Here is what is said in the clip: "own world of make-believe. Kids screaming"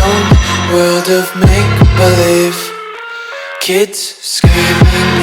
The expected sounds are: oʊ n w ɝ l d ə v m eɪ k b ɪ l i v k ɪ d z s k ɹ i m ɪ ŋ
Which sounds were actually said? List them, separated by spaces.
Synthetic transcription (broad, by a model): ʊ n w ɝ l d ə v m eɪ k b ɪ l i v k ɪ d z s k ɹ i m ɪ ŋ